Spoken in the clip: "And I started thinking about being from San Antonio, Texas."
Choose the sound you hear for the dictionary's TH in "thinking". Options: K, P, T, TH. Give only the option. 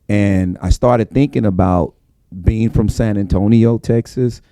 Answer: TH